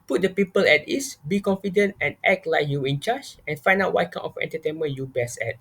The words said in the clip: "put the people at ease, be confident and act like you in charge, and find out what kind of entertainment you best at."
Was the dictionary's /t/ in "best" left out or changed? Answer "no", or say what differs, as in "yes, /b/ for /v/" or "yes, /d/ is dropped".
yes, /t/ is dropped